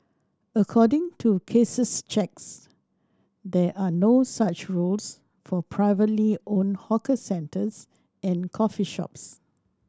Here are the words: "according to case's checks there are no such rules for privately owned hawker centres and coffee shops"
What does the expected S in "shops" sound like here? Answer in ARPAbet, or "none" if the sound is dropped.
S